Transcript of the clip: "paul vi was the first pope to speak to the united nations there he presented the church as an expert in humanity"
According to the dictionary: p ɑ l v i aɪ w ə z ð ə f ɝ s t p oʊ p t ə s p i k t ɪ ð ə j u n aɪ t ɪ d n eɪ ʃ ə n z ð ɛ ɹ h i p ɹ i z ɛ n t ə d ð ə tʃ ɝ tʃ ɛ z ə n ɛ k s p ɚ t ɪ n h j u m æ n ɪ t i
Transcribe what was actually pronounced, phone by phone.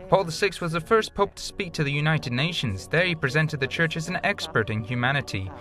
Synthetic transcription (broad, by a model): p ɑ l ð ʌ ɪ w ə z ð ə f ɝ s p oʊ p t ə s p i k t ɪ ð ə j u n aɪ t ɪ d n eɪ ʃ ə n z ð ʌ ɹ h i p ɹ i z ɛ n t ə d ð ə tʃ ɝ tʃ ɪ z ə n ɛ k s p ɚ t ɪ n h j u m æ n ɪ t i